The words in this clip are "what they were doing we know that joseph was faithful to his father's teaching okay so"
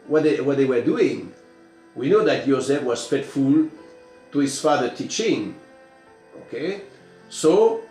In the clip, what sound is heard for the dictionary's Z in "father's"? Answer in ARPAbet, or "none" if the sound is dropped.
none